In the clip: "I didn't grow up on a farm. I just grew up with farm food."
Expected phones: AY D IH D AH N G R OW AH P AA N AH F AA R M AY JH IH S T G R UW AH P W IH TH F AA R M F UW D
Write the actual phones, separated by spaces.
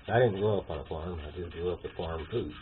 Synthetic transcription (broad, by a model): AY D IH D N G OW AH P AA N AH F AA R M AY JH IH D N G AO AH P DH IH F AA R M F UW